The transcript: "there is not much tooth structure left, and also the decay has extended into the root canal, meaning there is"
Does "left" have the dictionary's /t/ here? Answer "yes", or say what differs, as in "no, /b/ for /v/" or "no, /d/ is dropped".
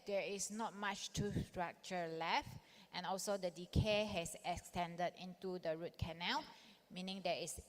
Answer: yes